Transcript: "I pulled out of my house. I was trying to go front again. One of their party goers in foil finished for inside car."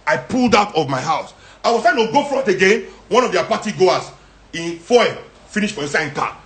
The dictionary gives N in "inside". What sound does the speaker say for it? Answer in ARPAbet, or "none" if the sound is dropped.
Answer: none